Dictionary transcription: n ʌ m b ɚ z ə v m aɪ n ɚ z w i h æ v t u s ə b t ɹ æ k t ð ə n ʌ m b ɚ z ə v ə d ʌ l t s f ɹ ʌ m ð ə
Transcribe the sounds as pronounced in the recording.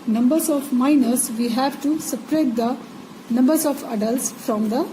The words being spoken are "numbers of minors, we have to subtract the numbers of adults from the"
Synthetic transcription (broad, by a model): n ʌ m b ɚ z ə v m aɪ n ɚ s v i h æ v t u s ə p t ɹ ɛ t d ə n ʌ m b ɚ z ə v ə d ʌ l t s f ɹ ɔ m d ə